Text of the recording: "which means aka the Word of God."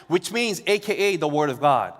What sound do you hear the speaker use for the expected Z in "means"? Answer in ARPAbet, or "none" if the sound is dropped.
Z